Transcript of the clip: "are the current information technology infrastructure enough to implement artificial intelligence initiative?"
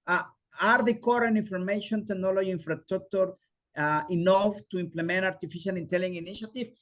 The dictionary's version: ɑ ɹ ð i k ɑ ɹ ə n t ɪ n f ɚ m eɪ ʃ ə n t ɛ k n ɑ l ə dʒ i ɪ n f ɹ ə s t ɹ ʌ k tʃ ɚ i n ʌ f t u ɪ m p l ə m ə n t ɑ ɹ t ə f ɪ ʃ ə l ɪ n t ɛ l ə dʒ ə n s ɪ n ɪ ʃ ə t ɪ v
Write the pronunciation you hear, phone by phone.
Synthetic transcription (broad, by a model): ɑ ɹ ð i k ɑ ɹ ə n i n f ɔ m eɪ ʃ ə n t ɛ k n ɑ l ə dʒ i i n f ɹ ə s t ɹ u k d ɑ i n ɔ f t u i m p l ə m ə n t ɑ ɹ t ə f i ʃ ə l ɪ n t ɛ l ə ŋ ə n ɪ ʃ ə t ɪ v